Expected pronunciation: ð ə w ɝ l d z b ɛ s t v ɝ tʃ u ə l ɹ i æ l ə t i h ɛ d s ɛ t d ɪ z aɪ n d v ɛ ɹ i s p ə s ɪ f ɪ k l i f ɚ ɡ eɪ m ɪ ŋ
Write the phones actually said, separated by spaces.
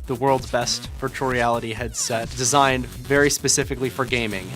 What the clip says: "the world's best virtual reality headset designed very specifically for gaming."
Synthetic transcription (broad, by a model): ð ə w ɝ l d z b ɛ s t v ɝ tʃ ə ɹ i æ l ə t i h ɛ d s ɛ t d ɪ z aɪ n d v ɛ ɹ i s p ə s ɪ f ɪ k l i f ɚ ɡ eɪ m ɪ ŋ